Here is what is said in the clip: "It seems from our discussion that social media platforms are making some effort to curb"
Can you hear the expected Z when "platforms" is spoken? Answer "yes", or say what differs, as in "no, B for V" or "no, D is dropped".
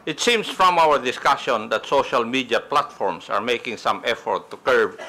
no, S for Z